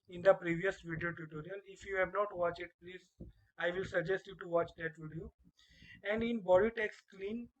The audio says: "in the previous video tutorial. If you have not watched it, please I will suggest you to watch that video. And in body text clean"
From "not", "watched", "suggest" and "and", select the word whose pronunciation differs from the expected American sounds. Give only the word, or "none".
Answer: watched